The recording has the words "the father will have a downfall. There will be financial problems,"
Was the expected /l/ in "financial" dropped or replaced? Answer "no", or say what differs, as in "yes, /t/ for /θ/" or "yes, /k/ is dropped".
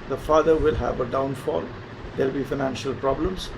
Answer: no